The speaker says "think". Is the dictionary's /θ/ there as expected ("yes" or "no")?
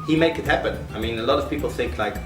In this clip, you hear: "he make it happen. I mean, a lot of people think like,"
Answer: yes